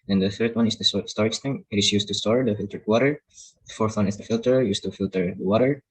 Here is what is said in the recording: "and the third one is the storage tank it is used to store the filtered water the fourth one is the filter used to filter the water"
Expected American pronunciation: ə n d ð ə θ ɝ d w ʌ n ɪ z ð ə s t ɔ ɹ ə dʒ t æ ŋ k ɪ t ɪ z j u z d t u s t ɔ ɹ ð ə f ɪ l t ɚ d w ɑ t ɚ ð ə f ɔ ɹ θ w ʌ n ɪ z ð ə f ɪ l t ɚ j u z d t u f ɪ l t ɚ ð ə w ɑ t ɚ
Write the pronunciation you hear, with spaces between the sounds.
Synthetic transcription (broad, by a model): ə n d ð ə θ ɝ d w ʌ n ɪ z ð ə s t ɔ ɹ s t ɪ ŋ ɪ t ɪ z j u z t u s t ɔ ɹ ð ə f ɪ l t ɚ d w ɑ t ɚ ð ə f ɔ ɹ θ w ʌ n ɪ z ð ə f ɪ l t ɚ j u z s t u f ɪ l t ɚ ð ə w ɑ t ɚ